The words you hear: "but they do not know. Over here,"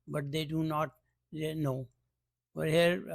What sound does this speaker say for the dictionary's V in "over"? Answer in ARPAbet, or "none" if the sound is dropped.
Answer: none